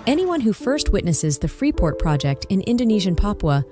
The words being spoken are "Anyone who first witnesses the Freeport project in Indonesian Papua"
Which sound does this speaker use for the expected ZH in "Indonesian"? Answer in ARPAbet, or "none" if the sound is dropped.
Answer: ZH